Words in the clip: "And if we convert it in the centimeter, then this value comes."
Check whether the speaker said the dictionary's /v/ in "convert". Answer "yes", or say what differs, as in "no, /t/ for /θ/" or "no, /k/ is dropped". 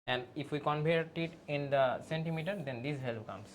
no, /p/ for /v/